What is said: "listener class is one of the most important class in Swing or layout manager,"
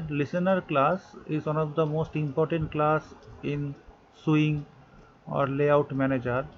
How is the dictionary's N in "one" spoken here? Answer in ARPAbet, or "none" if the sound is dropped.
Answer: N